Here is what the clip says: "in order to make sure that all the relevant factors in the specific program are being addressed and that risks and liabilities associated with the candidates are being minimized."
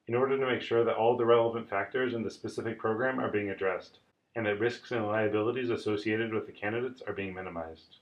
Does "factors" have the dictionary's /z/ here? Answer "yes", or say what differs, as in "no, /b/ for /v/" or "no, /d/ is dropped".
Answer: yes